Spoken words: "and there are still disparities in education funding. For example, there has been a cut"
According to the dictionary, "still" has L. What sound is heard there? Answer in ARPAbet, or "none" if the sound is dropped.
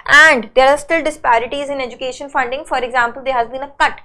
L